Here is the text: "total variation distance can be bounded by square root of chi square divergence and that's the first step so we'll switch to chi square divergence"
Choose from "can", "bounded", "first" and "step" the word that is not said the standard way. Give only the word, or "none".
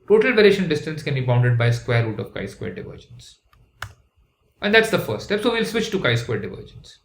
first